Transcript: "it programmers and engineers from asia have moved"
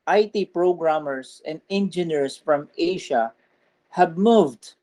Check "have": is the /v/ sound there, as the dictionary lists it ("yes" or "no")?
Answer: no